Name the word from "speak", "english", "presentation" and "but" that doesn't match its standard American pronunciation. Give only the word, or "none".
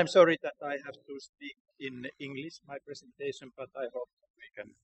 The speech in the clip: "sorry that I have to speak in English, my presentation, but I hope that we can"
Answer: presentation